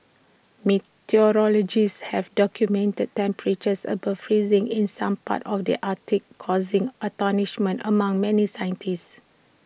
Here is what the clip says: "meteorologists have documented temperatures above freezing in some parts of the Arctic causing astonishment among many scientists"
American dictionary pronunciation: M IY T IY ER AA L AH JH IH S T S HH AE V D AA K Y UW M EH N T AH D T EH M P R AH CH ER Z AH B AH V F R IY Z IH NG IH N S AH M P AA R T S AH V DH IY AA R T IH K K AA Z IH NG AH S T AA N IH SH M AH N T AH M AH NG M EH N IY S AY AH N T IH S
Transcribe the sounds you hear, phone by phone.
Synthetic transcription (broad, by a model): M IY T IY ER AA L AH JH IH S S HH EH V D AA K Y UW M EH N T AH D T EH M P R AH CH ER S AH B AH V F R IY Z IH NG IH N S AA M P AA T AH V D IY AA T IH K K AA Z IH NG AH T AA N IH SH M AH N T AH M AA NG M EH N IY S AY AH N T IH S